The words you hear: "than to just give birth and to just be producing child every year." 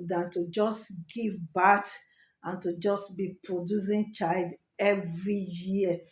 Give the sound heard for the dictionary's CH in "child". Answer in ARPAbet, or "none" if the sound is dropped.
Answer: CH